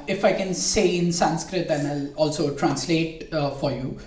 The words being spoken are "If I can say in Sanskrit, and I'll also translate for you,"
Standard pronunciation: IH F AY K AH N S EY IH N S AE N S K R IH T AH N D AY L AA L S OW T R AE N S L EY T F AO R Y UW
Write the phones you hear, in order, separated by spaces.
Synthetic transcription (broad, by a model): IH F AY K AH N S EY IH N S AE N S K R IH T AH N AY L AA L S OW T R AE N S L EY T F AO R Y UW